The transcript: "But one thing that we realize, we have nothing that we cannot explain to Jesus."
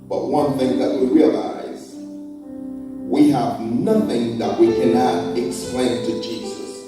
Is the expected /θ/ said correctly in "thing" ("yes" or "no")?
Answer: yes